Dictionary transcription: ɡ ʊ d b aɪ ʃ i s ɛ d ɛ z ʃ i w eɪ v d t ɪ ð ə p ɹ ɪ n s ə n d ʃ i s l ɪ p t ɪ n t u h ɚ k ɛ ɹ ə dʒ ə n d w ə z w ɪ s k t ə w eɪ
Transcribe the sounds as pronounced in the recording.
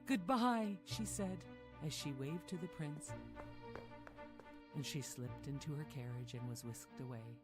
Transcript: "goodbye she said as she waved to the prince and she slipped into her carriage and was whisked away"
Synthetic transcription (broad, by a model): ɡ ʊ d b aɪ ʃ i s ɛ d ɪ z ʃ i w eɪ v t ɪ ð ə p ɹ ɪ n s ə n ʃ i s l ɪ p t ɪ n t u ɚ k ɛ ɹ ə dʒ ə n w ə z w ɪ s k t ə w eɪ